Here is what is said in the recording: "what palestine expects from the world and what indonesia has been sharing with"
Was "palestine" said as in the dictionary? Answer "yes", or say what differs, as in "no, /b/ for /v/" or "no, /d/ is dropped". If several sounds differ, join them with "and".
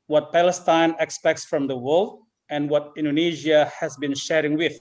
yes